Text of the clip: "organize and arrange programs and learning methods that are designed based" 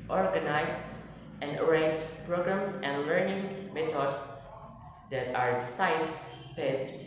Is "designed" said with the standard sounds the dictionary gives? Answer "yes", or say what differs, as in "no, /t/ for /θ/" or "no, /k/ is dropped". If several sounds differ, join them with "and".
no, /s/ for /z/ and /n/ is dropped